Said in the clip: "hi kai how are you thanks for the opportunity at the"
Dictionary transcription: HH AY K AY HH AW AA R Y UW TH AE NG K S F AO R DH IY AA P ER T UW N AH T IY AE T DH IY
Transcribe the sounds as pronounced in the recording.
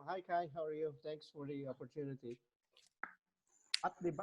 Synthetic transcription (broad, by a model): HH AY K AY HH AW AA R Y UW T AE NG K S F AO R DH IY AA P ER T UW N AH T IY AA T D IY